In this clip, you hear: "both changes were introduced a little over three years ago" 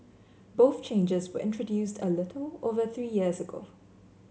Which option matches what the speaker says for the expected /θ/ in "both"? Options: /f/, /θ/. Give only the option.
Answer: /θ/